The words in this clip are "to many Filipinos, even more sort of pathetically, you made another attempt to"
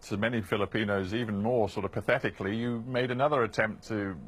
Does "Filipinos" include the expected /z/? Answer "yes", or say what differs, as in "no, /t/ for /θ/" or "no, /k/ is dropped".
yes